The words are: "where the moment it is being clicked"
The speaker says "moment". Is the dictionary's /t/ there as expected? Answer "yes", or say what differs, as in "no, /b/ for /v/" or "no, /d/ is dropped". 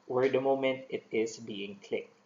yes